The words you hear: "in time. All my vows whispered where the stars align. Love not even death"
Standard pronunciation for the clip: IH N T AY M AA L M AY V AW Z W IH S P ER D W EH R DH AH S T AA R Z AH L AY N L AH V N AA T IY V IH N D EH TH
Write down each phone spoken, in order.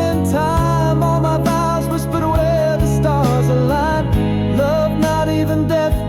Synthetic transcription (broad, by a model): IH N T AY M AA L M AY B AW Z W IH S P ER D W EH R DH AH S T AA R Z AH L AY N L AH V N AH T IY V IH N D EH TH